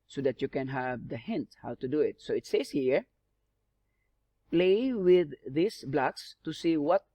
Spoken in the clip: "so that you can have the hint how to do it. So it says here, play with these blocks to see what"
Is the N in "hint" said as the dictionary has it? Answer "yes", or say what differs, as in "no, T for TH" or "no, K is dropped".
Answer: yes